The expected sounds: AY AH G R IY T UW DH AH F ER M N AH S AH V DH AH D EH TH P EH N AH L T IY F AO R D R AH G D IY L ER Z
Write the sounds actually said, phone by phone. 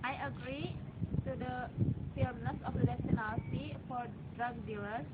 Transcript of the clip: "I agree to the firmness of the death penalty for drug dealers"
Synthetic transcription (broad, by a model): AY AH G R IY T UW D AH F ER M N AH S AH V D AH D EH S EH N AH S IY F AO R D R AH G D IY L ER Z